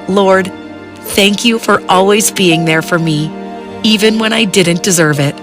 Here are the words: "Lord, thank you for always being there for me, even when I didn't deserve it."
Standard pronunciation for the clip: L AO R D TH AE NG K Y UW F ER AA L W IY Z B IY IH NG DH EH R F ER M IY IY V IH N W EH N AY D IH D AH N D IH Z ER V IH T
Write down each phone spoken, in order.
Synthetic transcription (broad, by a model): L AO R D TH AE NG K Y UW F ER AA L W IY Z B IY IH NG DH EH R F ER M IY IY V IH N W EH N AY D IH D N D IH Z ER V IH T